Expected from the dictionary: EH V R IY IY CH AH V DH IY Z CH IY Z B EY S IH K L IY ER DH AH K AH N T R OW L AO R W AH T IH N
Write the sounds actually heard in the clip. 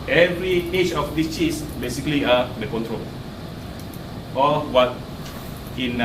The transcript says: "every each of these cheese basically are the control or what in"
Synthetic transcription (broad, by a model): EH V R IY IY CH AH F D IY S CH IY S B EY S IH K L IY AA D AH K AH N T R OW L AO L W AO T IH N